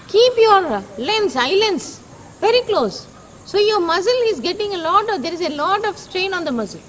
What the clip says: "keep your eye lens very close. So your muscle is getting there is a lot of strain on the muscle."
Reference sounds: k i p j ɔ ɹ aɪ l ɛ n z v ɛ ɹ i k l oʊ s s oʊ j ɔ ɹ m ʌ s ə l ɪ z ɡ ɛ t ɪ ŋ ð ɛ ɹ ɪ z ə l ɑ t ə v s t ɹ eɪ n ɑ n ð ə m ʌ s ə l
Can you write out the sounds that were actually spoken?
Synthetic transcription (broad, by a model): k i p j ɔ ɹ aɪ l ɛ n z v ɛ ɹ i k l oʊ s s oʊ j ɔ ɹ m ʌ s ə l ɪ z ɡ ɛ t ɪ ŋ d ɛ ɹ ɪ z ə l ɑ t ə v s t ɹ eɪ n ɑ n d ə m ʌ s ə l